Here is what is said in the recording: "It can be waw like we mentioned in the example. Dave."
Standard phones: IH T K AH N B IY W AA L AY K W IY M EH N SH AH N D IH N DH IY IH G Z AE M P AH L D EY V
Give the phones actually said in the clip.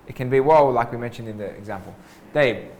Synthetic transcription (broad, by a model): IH T K AH N B IY W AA L AY K W IY M EH N SH AH N D IH N DH IY IH G Z AE M P AH L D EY